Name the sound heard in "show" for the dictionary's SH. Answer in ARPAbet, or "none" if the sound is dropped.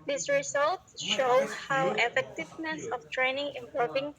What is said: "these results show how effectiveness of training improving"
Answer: SH